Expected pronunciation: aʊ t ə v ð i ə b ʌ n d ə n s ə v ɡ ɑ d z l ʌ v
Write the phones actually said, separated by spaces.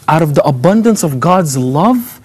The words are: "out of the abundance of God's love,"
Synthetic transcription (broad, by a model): aʊ t ə v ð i ə b ʌ n d ə n s ə v ɡ ɑ d z l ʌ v